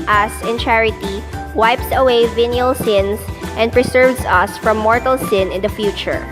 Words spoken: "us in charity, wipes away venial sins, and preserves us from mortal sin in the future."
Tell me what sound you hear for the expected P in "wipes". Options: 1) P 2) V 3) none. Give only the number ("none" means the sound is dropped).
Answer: 1